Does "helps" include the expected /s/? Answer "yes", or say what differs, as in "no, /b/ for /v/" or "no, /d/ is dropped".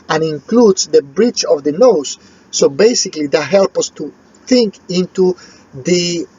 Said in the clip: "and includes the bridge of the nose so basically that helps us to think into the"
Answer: no, /s/ is dropped